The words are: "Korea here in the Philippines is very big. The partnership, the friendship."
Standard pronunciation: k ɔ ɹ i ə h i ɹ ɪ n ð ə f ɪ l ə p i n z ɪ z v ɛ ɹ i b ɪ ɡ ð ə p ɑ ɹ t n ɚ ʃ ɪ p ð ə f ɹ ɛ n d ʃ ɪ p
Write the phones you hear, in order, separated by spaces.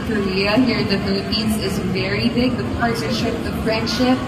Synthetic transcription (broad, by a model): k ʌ ɹ i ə h i ɹ ɪ n ð ə f ɪ l ə p i n z ɪ z v ɛ ɹ i b ɪ ɡ ð ə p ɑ ɹ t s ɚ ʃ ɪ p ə f ɹ ɛ n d ʃ ɪ p